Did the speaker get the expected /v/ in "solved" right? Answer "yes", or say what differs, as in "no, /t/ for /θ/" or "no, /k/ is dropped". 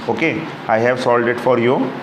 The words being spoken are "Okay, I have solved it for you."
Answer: no, /v/ is dropped